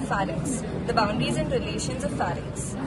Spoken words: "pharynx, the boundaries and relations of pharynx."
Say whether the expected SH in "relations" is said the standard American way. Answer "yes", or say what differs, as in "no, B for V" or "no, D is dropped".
yes